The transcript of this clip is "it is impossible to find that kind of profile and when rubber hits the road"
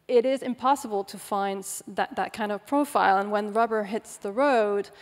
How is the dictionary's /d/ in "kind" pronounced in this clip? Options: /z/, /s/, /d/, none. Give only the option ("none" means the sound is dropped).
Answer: /d/